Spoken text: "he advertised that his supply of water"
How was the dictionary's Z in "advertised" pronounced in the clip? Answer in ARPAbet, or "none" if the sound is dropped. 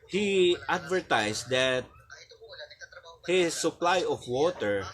S